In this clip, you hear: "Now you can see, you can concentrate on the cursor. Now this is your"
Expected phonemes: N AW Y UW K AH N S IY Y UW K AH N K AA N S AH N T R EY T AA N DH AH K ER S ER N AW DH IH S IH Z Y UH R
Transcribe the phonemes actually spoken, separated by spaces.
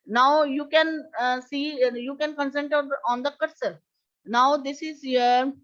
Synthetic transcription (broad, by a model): N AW Y UW K AH N S IY Y UW K AH N K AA N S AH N T EY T AA N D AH K ER S ER N AW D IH S IH Z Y